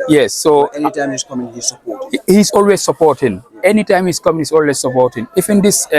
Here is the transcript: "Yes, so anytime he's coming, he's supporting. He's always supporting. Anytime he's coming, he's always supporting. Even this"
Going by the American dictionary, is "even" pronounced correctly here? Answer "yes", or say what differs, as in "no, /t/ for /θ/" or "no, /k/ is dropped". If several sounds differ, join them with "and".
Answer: no, /f/ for /v/